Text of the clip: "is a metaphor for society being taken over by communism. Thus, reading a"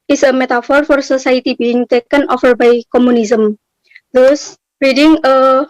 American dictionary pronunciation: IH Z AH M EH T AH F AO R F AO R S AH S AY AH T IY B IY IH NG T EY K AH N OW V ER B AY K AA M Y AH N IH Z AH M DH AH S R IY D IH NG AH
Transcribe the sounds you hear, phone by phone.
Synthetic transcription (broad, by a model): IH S AH M EH T AH F AO R F AO R S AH S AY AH T IY B IY IH NG T EY K AH N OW F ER B AY K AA M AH N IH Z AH M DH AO S R IY D IH NG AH